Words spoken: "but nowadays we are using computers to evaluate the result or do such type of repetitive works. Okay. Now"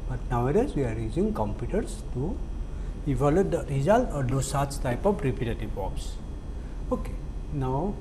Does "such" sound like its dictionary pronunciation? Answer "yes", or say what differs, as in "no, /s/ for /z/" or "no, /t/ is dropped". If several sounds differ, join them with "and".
no, /s/ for /tʃ/